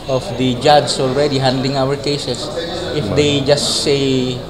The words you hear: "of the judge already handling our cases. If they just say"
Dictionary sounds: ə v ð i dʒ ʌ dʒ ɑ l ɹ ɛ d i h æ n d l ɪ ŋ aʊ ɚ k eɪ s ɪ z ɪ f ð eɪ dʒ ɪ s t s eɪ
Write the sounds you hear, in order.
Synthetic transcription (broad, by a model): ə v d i dʒ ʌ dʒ ɑ l ɹ ɛ d i h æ n d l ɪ ŋ aʊ ɚ k eɪ s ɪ s ɪ f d eɪ dʒ ɪ s t s eɪ